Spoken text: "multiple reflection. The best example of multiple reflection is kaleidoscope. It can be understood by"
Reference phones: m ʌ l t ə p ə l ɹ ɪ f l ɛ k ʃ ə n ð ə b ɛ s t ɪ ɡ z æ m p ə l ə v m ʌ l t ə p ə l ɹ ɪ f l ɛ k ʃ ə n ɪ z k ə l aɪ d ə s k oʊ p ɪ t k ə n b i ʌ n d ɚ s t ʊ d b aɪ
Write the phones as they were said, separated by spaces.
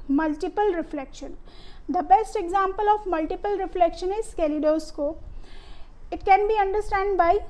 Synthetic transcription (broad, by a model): m ʌ l t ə p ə l ɹ ɪ f l ɛ k ʃ ə n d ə b ɛ s t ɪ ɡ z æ m p ə l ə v m ʌ l t ə p ə l ɹ ɪ f l ɛ k ʃ ə n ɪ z k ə l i d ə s k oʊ ɪ t k ə n b i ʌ n d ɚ s t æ d b aɪ